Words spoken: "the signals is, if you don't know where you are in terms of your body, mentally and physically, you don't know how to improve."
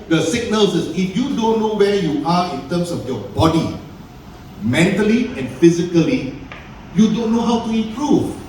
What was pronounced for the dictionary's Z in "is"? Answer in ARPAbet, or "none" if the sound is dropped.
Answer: S